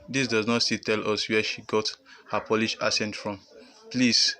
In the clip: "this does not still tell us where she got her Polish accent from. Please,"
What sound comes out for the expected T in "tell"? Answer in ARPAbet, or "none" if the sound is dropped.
T